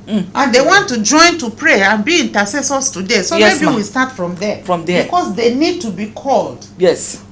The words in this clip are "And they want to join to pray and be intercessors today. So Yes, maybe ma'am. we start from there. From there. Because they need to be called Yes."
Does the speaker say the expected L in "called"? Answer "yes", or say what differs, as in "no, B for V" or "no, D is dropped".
yes